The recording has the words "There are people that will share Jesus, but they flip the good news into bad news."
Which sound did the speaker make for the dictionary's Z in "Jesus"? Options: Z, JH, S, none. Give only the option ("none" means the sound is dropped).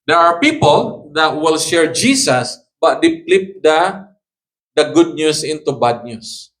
S